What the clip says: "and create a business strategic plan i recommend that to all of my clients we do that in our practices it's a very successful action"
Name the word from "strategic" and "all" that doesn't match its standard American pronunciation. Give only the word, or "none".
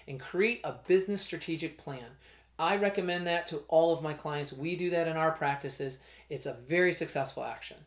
none